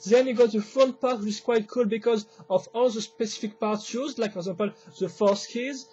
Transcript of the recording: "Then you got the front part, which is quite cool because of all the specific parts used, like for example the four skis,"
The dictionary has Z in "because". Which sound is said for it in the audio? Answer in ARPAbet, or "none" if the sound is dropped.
Z